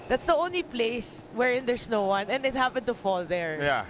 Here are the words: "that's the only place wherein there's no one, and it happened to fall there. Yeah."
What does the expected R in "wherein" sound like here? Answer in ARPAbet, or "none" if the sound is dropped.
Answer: R